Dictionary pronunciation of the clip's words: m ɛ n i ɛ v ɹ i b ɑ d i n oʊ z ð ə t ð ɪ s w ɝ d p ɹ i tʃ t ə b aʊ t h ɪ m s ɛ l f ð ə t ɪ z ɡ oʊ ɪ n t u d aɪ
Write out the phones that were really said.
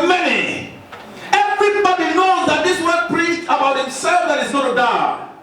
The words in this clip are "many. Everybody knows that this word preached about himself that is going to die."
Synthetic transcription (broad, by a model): m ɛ n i ɛ v ɹ i b ɑ d i n oʊ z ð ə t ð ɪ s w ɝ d p l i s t ə b aʊ t h ɪ m s ɛ l f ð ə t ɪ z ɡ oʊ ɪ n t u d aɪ